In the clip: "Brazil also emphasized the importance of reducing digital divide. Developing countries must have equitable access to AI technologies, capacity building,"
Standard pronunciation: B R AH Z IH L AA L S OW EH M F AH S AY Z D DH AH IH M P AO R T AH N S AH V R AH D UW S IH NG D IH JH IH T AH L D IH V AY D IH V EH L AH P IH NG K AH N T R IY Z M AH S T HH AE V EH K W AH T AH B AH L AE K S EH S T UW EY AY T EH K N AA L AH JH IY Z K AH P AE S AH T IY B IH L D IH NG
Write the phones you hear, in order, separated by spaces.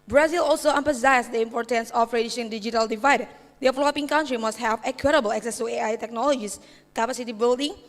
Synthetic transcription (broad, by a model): B R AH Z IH L AA L S OW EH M P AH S AY S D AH IH M P AO R T AH N S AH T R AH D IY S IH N D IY JH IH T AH L D IH V AY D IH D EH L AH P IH NG K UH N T R IY M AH S T HH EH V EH K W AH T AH B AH L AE K S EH S T UW EY AY T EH K N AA L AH JH IY S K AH P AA S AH T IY B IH L D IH NG